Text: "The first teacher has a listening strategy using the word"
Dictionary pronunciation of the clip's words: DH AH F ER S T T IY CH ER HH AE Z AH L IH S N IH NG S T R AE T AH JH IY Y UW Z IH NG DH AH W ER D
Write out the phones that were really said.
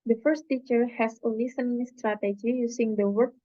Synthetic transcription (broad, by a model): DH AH F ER S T T IY CH ER HH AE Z AH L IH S IH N S T R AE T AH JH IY Y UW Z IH NG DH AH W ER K